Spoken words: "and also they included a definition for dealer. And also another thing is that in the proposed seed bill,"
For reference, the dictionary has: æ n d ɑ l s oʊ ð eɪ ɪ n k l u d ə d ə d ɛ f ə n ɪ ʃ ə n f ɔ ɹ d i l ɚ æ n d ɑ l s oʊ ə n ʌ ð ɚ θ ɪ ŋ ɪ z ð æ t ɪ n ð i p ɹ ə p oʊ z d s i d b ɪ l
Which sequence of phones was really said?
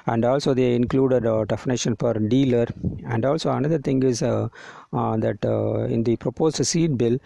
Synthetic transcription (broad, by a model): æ n d ɑ l s oʊ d eɪ ɪ n k l u d ə d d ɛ f n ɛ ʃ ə n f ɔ ɹ d i l ɚ æ n d ɑ l s oʊ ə n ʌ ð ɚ t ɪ ŋ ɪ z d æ t ɪ n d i p ɹ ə p oʊ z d s i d b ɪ l